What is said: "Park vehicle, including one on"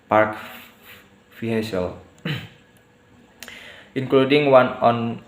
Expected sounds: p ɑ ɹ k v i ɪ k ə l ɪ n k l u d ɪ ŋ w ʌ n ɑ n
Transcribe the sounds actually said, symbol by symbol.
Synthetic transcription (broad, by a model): p ɑ ɹ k f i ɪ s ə l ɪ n k l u d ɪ ŋ w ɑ n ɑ n